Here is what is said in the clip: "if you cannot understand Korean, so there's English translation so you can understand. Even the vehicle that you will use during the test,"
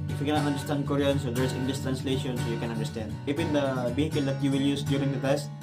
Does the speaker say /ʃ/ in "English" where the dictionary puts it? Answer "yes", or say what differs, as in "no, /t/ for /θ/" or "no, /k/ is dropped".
no, /s/ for /ʃ/